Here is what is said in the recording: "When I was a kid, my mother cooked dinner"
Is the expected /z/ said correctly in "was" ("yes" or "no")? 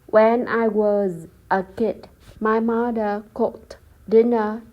yes